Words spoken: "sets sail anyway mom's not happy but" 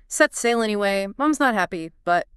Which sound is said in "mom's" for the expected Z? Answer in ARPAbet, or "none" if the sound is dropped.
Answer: Z